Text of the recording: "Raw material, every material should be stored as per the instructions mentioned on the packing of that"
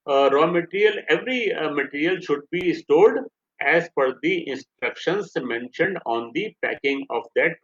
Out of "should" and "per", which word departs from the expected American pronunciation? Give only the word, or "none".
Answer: per